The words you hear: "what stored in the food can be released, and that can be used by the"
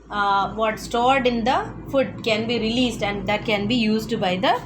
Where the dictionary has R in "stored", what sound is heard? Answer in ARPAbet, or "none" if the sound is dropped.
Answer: R